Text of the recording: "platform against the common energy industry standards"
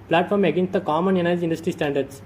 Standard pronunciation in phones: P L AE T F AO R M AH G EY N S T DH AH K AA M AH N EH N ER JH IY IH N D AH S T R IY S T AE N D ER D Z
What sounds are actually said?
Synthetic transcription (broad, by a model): P L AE T F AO R M AH G EY N S T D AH K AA M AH N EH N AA IY IH N D AH S T R IY S T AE N D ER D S